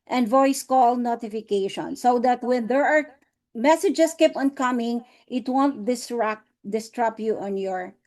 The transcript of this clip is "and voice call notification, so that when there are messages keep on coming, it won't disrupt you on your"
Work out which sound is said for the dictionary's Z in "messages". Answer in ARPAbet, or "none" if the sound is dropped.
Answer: S